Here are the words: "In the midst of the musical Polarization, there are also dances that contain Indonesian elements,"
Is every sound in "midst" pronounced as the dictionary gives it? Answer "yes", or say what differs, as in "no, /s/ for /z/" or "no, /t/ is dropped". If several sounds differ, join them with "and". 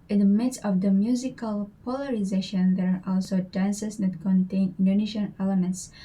no, /t/ is dropped